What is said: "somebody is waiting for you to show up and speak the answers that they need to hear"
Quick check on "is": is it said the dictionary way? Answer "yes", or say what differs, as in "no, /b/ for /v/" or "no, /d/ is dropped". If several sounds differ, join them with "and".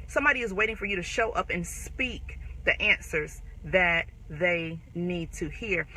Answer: yes